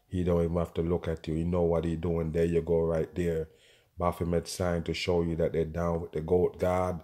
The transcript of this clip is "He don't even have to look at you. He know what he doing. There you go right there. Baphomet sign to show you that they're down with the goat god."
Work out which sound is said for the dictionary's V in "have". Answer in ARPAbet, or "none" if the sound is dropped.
F